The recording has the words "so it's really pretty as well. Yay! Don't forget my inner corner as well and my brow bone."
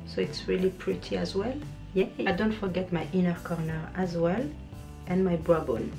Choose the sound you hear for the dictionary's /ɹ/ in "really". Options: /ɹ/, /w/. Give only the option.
/ɹ/